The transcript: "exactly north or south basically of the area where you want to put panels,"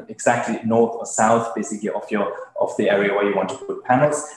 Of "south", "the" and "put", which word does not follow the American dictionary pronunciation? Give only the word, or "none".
none